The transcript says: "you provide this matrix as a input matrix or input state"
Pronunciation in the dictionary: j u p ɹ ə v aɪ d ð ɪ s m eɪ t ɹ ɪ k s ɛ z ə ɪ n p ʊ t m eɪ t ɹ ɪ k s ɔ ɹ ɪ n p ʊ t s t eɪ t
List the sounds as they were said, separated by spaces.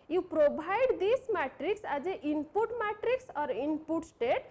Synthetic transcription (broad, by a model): j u p ɹ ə b aɪ d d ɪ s m eɪ t ɹ ɪ k s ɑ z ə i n p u t m eɪ t ɹ ɪ k s ɔ ɹ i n p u t s t eɪ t